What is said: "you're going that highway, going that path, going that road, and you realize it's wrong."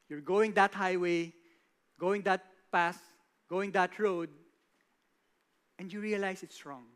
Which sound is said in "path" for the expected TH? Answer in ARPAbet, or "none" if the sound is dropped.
S